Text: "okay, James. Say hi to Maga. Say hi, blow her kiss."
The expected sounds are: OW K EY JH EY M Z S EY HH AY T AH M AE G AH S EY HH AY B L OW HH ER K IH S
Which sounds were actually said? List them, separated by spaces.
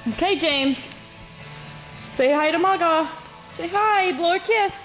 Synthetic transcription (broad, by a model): OW K EY JH EY M Z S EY HH AY T AH M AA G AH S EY HH AY B L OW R K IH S